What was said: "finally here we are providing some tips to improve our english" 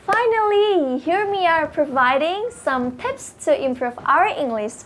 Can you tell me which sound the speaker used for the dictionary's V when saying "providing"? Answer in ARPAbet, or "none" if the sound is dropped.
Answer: V